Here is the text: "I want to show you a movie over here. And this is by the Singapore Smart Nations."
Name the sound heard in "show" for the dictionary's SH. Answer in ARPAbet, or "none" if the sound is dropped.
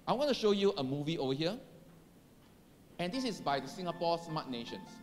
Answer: SH